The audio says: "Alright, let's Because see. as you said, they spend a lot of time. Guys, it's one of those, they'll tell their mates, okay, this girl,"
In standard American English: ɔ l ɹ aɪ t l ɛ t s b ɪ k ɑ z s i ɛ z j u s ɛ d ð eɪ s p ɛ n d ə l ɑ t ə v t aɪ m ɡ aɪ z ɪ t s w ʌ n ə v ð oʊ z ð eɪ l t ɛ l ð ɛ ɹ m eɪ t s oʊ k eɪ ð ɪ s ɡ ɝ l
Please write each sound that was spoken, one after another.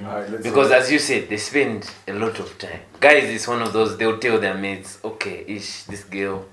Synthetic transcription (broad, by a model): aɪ b ɪ k ɑ z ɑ z j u s ɛ d ð eɪ s p ɛ n d ə l ɑ t ə v t aɪ m ɡ aɪ z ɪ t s w ʌ n ə v ð oʊ z ð eɪ l t ɛ l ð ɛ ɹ m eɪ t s oʊ k eɪ ð ɪ s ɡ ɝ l